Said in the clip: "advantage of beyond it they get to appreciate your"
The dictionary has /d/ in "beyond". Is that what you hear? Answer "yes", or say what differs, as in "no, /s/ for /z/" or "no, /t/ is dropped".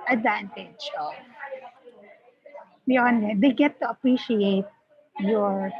no, /d/ is dropped